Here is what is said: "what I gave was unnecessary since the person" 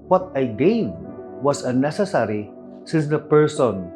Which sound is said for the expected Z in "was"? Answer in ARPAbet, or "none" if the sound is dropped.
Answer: S